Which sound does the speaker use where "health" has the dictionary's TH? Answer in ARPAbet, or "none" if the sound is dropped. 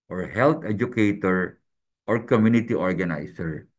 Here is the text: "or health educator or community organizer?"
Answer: T